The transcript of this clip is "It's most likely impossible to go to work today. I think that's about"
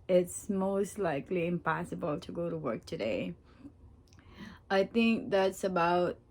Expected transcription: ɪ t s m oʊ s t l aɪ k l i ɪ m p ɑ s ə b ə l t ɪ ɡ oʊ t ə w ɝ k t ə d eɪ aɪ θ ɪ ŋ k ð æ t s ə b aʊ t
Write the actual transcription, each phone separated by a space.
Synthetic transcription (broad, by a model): ɪ t s m oʊ s t l aɪ k l i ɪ m p ɑ s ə b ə l t ɪ ɡ oʊ t ə w ɝ k t ə d eɪ aɪ θ ɪ ŋ k ð æ t s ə b aʊ t